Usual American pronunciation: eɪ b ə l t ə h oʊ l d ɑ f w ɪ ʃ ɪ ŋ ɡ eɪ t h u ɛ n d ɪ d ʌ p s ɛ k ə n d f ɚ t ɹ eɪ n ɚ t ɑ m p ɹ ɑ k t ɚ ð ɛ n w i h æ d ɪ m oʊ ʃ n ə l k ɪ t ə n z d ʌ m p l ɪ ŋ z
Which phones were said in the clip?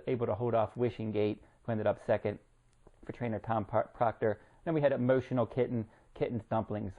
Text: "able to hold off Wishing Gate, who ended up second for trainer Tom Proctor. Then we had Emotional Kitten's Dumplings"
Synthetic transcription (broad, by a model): eɪ b l t ə h oʊ l d ɑ f w ɪ ʃ ɪ ŋ ɡ eɪ t h u ɛ n d ɪ d ʌ p s ɛ k ə n d f ɚ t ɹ eɪ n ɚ t ɑ m p ɹ ɑ k t ɚ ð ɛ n w i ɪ d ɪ m oʊ ʃ n l k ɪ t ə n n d ʌ m p l ɪ ŋ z